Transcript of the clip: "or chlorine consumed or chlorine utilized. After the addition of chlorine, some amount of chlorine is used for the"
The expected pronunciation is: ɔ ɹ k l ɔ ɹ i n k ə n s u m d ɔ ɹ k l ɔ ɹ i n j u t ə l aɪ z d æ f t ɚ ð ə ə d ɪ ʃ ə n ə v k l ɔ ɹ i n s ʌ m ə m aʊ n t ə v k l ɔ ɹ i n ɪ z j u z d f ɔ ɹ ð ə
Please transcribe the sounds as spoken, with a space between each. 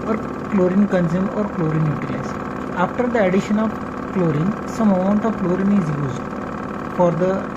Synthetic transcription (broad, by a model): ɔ ɹ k l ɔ ɹ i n k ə n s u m ɔ ɹ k l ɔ ɹ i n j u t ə aɪ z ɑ f t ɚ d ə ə d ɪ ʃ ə n ə v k l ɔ ɹ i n s ʌ m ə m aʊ n t ə v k l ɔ ɹ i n ɪ z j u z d f ɔ ɹ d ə